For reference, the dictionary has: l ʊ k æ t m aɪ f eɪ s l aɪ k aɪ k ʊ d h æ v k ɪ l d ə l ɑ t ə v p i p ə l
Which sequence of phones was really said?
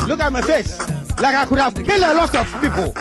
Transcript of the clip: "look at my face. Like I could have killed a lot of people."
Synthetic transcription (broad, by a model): l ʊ k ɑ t m aɪ f eɪ s l aɪ k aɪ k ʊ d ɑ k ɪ l ə l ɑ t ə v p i p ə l